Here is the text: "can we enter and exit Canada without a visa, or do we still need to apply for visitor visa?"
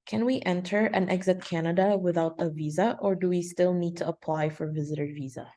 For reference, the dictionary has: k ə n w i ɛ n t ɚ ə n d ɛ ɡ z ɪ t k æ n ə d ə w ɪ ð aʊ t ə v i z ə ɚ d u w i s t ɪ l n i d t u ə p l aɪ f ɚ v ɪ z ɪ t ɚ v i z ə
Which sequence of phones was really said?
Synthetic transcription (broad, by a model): k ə n w i ɛ n t ɚ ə n ɛ ɡ z ɪ t k æ n ə d ə w ɪ ð aʊ t ə v i z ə ɚ d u w i s t ɪ l n i d t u ə p l aɪ f ɚ v ɪ z ɪ t ɚ v i z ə